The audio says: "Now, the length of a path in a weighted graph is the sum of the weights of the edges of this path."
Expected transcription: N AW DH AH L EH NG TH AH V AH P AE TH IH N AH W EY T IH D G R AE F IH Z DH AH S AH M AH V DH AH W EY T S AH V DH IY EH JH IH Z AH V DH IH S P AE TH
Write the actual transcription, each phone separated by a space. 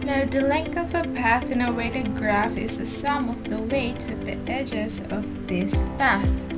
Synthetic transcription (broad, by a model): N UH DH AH L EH NG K AH V AH P AE TH IH N AH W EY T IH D G R AE F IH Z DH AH S AH M AH V DH AH W EY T AH DH IY EH JH IH Z AH V DH IH S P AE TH